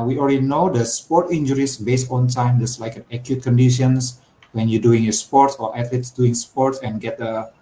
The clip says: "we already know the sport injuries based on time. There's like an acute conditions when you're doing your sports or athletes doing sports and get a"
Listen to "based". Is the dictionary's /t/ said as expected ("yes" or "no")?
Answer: yes